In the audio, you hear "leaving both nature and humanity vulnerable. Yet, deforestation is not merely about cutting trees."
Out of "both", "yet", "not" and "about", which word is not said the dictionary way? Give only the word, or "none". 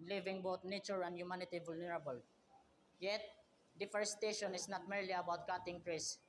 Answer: both